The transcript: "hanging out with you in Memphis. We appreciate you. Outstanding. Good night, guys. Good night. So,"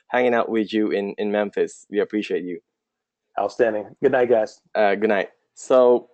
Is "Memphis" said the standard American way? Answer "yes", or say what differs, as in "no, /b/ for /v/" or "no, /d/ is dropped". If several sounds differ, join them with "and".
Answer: yes